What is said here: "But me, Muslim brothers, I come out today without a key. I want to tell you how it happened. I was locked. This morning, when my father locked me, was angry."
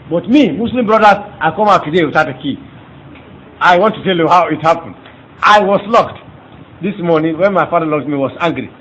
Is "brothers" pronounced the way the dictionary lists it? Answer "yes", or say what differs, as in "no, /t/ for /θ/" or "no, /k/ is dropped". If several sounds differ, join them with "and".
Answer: no, /z/ is dropped